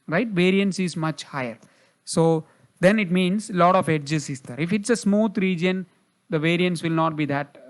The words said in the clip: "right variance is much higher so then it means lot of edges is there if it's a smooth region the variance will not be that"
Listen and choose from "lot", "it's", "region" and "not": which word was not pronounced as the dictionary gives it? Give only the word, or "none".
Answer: none